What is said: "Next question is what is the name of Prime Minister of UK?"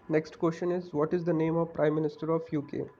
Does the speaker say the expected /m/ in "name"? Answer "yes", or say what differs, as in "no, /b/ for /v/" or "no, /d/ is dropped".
yes